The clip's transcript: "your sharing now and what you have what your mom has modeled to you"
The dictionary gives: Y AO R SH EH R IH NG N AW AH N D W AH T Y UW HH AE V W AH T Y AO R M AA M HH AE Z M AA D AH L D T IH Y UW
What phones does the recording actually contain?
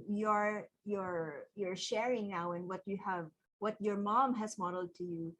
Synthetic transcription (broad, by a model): Y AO R SH EH R IH NG N AW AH N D W AH T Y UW HH AE V W AH T Y AO R M AA M HH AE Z M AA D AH L D T IH Y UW